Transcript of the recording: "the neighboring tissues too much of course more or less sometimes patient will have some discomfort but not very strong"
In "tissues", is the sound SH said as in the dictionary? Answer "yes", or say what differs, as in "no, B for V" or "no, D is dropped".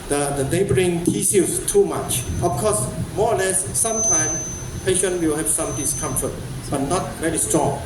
no, S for SH